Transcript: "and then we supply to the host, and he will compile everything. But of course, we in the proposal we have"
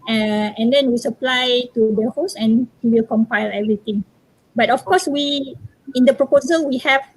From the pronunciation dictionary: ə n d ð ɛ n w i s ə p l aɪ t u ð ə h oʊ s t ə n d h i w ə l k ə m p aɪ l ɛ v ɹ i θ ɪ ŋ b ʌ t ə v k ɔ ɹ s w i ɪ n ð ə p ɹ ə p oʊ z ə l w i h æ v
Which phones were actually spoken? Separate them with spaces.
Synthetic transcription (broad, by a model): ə n d ɛ n w i s ə p l aɪ t u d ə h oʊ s ə n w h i w ə l k ə m p aɪ l ɛ v ɹ i t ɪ ŋ b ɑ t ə f k ɔ s w i ɪ n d ə p ɹ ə p oʊ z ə l w i h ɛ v